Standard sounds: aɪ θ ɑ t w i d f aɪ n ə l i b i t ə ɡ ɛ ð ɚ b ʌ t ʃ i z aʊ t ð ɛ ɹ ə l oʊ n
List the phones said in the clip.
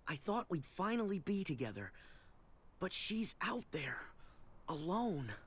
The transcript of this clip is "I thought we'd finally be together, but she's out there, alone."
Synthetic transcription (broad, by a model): aɪ θ ɑ t w i d f aɪ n l i b i t ə ɡ ɛ ð ɚ b ʌ t ʃ i z aʊ t ð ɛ ɹ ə l oʊ n